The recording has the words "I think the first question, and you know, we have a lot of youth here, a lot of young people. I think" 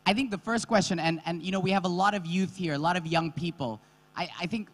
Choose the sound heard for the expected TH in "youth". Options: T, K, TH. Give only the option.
TH